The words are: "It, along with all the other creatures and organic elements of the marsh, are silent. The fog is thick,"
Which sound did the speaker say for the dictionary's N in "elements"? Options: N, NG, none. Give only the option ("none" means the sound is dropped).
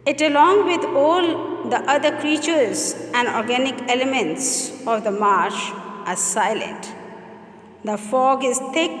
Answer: N